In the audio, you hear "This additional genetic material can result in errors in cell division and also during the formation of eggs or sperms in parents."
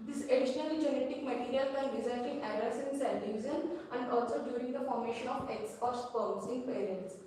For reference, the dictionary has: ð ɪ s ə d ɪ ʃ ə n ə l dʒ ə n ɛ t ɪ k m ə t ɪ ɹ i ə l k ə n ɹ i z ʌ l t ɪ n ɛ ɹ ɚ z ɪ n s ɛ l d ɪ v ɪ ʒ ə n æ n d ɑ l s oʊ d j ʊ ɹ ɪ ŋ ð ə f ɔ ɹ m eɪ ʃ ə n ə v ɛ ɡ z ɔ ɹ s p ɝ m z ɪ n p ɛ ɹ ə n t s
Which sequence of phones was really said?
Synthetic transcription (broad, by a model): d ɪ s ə d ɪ ʃ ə n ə l dʒ ə n ɛ t ɪ k m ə t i ɹ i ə l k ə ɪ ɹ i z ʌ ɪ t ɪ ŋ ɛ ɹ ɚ s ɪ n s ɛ n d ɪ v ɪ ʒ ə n æ n d ɑ l s oʊ d j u ɹ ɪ ŋ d ə f ɔ ɹ m eɪ ʃ ə n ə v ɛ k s ɔ ɹ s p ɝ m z ɪ n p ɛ ɹ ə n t s